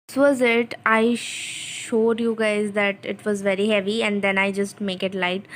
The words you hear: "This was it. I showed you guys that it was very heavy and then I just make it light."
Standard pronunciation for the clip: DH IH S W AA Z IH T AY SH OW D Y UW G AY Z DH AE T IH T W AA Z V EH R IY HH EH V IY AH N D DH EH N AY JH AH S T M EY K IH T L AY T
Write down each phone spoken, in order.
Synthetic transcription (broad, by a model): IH S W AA Z IH T AY SH OW D Y UW G AY Z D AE T IH T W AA Z V EH R IY HH EH V IY AH N D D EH N AY JH AH S T M EY K IH T L AY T